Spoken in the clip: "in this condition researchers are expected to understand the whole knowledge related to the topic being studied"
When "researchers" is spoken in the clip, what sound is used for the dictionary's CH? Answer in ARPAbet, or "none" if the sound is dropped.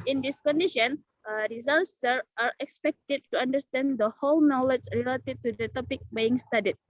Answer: S